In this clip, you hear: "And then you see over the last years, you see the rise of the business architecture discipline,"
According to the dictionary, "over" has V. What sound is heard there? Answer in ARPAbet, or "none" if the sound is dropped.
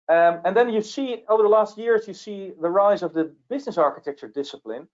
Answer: V